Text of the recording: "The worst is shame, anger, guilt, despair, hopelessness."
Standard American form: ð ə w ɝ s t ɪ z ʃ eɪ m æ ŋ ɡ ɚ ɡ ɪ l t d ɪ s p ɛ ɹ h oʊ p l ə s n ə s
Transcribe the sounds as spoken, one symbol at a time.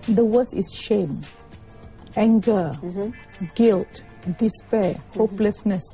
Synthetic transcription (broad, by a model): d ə w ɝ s ɪ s ʃ eɪ m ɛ ŋ ɡ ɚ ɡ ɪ l t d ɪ s p ɛ h oʊ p l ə s n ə s